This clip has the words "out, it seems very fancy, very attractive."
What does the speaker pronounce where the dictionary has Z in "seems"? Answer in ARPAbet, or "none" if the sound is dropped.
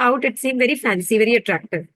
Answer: none